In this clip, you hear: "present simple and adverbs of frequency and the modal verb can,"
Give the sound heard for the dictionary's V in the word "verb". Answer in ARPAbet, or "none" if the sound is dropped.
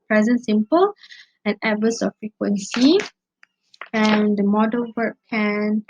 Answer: W